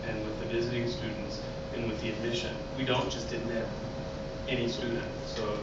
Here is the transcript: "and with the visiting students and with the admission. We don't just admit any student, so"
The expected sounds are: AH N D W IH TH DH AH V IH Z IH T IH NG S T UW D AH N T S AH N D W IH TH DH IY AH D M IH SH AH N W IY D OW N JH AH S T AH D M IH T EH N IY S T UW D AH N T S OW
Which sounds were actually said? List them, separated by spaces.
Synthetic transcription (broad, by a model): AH N W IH DH AH V IH Z IH T IH NG S T UW D N T S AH N W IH DH IY AH D M IH SH AH N W IY D OW N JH AH S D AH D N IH EH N IY S T UW D N T S OW